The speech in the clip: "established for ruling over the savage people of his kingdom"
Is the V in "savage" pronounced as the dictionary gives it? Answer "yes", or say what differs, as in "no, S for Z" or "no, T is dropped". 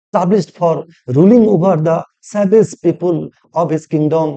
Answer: no, B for V